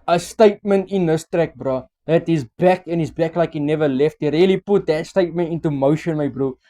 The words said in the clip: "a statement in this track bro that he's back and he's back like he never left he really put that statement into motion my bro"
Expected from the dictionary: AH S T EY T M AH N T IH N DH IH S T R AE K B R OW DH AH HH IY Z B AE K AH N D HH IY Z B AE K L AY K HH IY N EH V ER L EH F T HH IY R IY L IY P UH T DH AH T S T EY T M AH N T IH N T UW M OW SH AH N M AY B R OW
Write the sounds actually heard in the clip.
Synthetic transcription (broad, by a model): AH S T EY T M AH N T IH N DH IH S T R AE K B R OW DH AH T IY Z B AE K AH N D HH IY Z B AE K L AY K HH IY N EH V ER L EH F T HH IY R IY L IY P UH T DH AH T S T EY T M AH N T IH N T UW M OW SH AH N M AY B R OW